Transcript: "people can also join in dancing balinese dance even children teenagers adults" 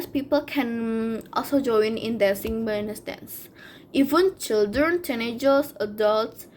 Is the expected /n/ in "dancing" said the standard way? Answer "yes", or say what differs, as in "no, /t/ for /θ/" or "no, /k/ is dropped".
no, /n/ is dropped